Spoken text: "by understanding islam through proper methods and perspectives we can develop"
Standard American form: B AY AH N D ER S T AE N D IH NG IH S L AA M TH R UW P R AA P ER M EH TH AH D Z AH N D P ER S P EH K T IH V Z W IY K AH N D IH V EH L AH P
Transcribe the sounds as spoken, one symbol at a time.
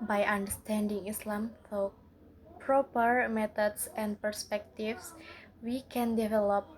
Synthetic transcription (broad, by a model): B AY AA N D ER S T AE N D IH NG IH S L AA M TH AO P R AA P ER M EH T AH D S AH N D P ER S P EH K T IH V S W IY K AH N D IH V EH L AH P